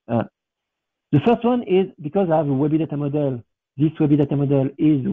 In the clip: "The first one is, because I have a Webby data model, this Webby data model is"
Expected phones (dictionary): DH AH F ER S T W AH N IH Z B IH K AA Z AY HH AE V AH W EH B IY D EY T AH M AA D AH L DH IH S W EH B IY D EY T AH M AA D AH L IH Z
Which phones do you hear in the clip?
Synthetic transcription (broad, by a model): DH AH F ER S T W AH N IH Z B IH K AA Z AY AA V AH W EH B IY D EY T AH M AA D AH L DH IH S W EH B IY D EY T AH M AA D AH L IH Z